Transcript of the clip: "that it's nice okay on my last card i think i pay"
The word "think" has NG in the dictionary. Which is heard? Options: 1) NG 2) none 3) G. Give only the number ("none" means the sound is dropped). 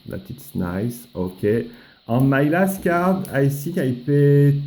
2